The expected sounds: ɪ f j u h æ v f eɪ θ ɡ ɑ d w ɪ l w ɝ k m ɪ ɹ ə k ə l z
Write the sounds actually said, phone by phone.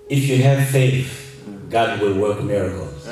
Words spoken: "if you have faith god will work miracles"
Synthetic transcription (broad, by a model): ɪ f j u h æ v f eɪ f ɡ ɑ d w ɪ l w ɝ k m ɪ ɹ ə k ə l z